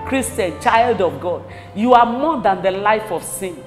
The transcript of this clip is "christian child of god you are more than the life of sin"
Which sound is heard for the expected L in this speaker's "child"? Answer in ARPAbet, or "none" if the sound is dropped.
L